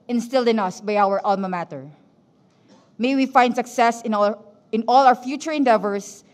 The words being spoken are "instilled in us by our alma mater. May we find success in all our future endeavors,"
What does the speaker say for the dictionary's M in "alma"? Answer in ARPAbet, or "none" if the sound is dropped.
M